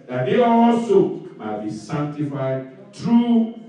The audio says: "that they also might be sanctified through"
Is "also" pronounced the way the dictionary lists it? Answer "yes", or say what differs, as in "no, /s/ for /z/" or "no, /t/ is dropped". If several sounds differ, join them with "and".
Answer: no, /l/ is dropped